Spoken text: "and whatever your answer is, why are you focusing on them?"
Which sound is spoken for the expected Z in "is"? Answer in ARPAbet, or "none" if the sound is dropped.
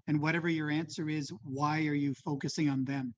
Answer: Z